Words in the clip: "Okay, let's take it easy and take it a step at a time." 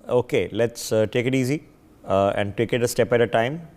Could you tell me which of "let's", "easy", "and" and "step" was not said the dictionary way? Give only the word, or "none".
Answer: none